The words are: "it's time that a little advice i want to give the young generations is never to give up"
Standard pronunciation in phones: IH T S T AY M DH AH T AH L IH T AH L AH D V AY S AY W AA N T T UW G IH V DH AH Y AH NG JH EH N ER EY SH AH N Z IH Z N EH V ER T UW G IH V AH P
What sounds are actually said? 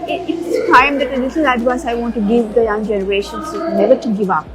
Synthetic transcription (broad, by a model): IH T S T AY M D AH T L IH S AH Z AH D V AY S AY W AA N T T UW G IH V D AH Y AH NG JH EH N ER EY SH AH N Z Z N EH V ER T UW G IH V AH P